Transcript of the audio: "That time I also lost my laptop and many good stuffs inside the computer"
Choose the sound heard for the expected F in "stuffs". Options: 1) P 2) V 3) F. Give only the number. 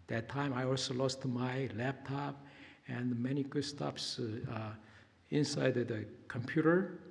1